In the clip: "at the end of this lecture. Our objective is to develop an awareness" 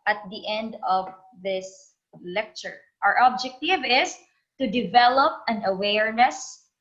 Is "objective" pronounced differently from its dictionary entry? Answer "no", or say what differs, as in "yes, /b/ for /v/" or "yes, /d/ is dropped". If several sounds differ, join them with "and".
no